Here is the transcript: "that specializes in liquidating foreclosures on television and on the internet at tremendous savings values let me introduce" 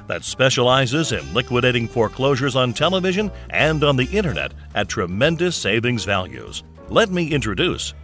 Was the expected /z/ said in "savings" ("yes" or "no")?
yes